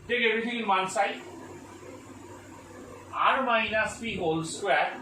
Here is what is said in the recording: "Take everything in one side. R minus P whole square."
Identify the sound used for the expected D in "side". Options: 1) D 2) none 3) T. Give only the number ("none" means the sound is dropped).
2